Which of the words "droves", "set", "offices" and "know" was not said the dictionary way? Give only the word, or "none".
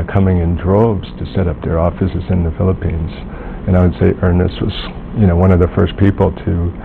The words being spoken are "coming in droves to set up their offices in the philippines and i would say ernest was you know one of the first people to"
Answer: droves